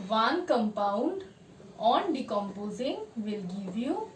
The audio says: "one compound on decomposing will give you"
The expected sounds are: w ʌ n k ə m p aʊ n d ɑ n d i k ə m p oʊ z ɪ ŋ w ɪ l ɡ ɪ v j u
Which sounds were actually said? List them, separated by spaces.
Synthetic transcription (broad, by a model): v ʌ n k ə m p aʊ n d ɑ n d i k ə m p oʊ z ɪ ŋ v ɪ l ɡ ɪ v j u